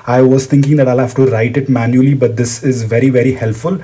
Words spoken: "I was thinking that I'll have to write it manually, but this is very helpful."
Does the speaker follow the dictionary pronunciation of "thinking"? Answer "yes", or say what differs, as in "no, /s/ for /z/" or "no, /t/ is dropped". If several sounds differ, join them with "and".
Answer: no, /t/ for /θ/